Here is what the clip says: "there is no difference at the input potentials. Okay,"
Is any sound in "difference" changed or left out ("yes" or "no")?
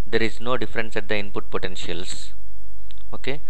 no